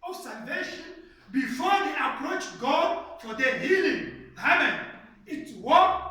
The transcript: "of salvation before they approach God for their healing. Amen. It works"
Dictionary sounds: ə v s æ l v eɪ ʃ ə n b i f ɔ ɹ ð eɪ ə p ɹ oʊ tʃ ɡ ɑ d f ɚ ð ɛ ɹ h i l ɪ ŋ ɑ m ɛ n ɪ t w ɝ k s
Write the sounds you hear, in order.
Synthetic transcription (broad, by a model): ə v s æ l v eɪ ʃ ə n b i f ɔ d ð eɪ ə p ɹ oʊ tʃ ɡ ɑ d f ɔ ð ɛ h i l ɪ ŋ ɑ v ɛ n ɪ t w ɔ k